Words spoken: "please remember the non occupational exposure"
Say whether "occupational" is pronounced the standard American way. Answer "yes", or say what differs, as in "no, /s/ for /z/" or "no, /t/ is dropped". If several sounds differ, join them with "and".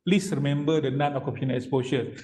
no, /ʃ/ is dropped